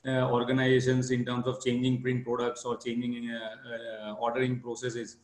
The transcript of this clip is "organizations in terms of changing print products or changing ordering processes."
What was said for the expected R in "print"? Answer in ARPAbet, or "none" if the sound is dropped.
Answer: R